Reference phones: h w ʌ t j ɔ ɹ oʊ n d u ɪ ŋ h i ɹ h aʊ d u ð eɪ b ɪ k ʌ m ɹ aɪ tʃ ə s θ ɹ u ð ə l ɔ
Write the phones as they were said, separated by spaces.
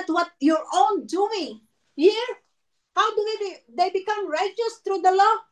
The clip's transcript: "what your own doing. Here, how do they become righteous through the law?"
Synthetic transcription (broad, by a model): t w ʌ t j ɔ ɹ oʊ n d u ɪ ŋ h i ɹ h aʊ d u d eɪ b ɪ k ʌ m ɹ aɪ tʃ ə s t ɹ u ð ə l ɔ